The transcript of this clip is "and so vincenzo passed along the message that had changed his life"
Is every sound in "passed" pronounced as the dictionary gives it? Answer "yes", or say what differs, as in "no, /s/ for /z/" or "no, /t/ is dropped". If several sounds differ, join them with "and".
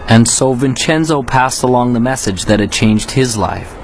yes